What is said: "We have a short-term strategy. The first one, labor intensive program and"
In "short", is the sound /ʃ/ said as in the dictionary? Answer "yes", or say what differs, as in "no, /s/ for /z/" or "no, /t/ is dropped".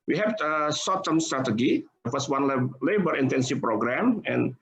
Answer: no, /s/ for /ʃ/